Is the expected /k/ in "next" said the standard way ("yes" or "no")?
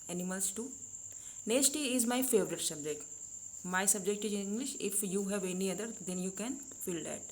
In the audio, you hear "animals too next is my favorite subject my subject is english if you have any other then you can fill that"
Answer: no